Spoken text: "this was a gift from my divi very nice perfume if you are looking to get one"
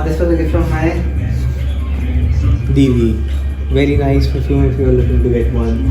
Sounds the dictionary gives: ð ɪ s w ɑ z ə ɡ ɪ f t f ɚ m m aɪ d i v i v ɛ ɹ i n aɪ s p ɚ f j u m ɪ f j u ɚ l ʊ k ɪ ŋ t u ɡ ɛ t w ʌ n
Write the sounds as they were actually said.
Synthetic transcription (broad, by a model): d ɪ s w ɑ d ə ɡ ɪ t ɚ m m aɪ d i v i v ɛ ɹ i n aɪ s f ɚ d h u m ɪ f j u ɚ l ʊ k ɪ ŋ t u ɡ ɛ t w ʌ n